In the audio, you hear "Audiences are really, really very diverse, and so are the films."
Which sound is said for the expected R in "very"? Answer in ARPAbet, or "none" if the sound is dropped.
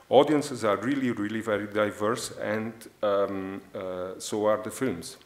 R